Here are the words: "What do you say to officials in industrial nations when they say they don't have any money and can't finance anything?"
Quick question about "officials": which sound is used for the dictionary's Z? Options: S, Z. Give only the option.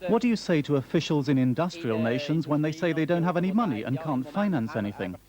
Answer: Z